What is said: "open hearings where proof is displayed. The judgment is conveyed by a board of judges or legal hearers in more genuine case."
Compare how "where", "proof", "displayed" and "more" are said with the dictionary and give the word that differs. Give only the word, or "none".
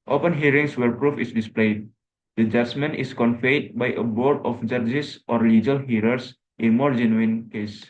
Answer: none